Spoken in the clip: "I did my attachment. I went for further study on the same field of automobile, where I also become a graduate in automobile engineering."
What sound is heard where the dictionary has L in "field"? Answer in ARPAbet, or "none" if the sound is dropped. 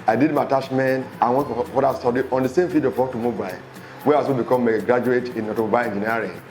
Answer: none